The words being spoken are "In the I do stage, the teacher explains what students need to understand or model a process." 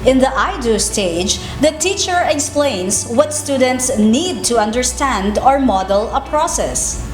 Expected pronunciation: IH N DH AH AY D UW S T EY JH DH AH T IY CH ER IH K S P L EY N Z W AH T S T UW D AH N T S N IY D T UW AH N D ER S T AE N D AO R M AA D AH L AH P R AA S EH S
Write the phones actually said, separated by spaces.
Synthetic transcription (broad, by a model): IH N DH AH AY D UW S T EY JH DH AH T IY CH ER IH K S P L EY N S W AH T S T UW D AH N T S N IY D T UW AH N D ER S T AE N D AO R M AA D AH L AH P R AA S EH S